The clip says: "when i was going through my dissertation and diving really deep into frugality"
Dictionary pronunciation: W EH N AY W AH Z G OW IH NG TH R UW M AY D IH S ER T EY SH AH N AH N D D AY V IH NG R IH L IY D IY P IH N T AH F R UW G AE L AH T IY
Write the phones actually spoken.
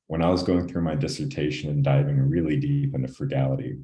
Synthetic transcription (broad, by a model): W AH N AY W AH Z G OW IH NG TH R UW M AY D IH S ER T EY SH AH N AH N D D AY V IH NG R IH L IY D IY P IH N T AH F R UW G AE L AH T IY